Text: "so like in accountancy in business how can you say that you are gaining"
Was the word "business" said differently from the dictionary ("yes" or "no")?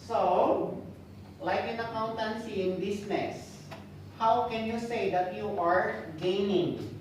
yes